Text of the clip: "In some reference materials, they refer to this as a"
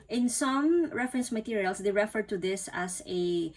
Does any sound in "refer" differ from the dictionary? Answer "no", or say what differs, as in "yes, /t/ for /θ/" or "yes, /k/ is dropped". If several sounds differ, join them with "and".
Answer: no